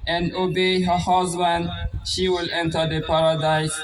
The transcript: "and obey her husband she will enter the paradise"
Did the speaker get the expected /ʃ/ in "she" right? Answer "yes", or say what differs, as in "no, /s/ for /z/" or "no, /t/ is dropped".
yes